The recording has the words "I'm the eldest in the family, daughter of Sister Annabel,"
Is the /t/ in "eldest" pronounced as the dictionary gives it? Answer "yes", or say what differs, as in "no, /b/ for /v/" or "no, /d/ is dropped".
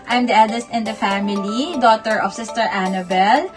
yes